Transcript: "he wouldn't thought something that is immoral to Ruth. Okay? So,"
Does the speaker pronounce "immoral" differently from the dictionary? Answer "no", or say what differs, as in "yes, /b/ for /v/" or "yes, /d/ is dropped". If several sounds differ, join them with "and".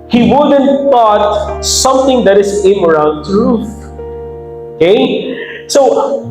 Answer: yes, /n/ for /l/